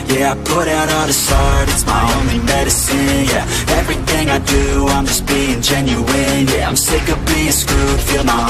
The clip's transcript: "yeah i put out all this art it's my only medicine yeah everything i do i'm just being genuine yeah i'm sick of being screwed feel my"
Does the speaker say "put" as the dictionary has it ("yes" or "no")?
yes